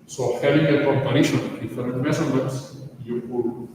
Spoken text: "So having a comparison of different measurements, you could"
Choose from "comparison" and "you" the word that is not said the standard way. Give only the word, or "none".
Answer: comparison